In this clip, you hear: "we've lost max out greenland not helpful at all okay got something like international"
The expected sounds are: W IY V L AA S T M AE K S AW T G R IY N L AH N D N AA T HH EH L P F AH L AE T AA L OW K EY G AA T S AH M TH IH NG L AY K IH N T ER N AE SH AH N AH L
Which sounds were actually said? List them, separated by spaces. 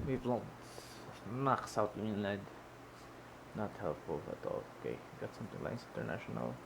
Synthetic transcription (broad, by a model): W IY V L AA T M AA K S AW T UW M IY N AH D N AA T HH EH L P F AH L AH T AA L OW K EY G AA T S AH M TH IH NG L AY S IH N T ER N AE SH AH N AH L